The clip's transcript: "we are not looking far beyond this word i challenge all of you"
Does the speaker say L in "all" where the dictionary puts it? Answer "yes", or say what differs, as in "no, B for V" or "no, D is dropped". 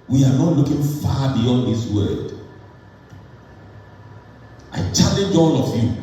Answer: no, N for L